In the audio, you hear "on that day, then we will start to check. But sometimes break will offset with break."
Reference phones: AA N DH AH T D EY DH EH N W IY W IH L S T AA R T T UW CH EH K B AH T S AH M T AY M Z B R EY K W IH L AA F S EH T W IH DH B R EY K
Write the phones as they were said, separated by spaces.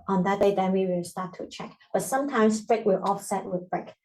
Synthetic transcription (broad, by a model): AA N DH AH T D EY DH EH N W IY W IH L S T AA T T UW CH EH K B AH T S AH M T AY M S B R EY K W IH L AA F S EH T W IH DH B R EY K